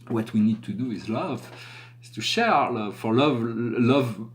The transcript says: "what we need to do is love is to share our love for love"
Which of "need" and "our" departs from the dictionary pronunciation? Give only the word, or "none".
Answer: none